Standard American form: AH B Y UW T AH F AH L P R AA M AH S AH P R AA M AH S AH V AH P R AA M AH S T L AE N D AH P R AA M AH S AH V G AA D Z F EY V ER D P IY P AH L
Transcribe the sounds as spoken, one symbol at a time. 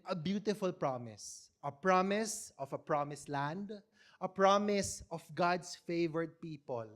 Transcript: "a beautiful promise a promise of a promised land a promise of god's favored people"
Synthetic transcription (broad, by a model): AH B Y UW T AH F AH L P R AA M AH S AH P R AA M AH S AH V AH P R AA M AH S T L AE N D AH P R AA M AH S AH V G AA D S F EY V ER D P IY P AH L